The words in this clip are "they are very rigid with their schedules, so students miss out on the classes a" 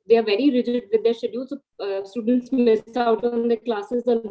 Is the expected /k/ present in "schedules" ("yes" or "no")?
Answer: no